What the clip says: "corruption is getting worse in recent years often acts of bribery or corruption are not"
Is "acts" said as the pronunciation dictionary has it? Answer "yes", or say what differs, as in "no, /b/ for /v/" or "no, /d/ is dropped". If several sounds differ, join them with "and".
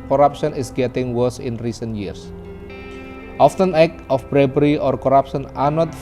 no, /s/ is dropped